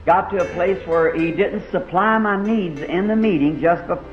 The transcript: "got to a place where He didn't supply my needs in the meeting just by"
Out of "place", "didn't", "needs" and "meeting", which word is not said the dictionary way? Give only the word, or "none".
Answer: none